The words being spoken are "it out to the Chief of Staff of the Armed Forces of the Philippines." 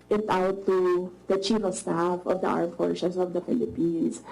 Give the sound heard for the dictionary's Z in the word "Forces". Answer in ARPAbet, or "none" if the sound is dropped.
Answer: S